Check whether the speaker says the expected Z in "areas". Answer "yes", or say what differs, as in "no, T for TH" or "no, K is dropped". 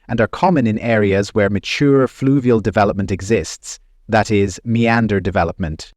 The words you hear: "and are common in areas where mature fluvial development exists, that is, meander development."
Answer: yes